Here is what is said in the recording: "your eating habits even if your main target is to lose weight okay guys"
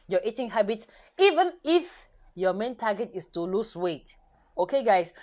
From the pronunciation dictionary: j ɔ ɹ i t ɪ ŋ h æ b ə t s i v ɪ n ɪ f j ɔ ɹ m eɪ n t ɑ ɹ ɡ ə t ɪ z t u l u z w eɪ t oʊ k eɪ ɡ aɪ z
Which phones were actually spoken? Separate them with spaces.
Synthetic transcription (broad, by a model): j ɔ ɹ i t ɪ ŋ h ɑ b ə t s i v ɪ n ɪ f j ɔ m eɪ n t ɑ ɡ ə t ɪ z t u l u s w eɪ t oʊ k eɪ ɡ aɪ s